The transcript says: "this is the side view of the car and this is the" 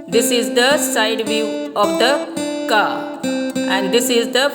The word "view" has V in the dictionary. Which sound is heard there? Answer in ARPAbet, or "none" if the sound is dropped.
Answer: V